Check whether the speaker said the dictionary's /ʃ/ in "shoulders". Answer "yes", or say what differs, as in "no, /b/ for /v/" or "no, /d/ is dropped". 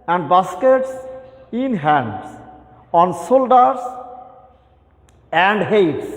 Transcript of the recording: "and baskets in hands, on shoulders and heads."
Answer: no, /s/ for /ʃ/